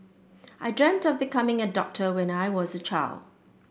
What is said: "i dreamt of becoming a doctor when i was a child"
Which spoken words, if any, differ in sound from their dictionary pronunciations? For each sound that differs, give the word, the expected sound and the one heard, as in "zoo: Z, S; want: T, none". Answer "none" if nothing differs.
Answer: none